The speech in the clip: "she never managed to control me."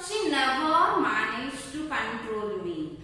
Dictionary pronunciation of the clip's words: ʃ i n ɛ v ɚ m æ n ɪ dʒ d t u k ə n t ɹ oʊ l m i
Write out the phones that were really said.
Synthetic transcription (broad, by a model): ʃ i l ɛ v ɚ m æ n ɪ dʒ t u k ə n t ɹ oʊ l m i